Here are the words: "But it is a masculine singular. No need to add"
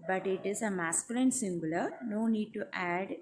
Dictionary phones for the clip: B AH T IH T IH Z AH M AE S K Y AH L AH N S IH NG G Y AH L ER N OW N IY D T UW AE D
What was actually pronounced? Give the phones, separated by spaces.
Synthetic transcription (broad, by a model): B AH T IH T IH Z AH M AE S K Y AH L AH N S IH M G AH L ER N OW N IY D T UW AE D